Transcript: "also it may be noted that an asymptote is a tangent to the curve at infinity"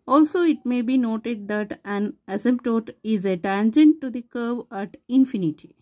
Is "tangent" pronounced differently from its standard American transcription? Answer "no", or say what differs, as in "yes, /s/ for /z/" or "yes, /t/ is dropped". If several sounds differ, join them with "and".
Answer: no